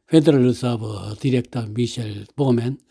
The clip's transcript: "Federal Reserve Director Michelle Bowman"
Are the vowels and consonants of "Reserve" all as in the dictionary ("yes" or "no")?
no